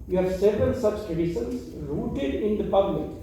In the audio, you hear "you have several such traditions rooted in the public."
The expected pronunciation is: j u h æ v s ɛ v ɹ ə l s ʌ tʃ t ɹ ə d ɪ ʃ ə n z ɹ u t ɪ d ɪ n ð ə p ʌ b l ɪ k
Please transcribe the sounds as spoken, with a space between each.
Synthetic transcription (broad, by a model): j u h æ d s ɛ v ɹ ə l s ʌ s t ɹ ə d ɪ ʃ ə n s ɹ u t ɪ d ɪ n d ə p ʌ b l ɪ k